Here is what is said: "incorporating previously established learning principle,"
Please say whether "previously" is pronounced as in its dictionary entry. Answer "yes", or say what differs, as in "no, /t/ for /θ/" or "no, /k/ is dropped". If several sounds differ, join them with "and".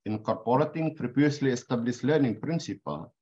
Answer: no, /p/ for /v/